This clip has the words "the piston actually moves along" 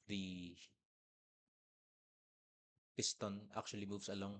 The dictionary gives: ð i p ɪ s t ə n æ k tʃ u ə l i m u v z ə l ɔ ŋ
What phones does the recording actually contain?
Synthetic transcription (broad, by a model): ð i p ɪ s t ə n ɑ k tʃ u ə l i m u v s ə l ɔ ŋ